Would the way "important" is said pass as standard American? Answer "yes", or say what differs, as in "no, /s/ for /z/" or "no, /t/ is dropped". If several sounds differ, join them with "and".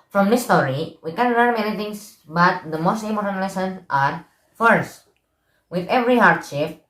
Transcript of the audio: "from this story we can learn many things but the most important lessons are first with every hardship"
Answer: no, /p/ is dropped